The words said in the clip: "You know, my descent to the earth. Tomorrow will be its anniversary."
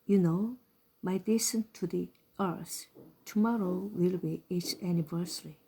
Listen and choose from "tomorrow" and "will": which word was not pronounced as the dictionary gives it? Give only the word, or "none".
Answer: none